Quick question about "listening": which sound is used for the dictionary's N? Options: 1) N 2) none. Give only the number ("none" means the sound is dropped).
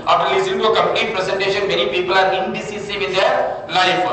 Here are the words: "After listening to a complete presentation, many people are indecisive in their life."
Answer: 2